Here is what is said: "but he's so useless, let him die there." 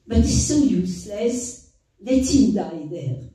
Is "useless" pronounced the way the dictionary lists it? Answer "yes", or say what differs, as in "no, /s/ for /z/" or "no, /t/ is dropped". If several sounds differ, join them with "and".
yes